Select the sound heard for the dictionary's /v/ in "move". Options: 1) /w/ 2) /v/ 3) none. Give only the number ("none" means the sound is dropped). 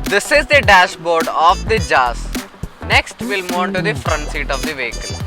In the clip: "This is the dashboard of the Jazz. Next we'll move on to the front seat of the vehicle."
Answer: 3